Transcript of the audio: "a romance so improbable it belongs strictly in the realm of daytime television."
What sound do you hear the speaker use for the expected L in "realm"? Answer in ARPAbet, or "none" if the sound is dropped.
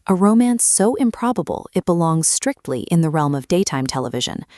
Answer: L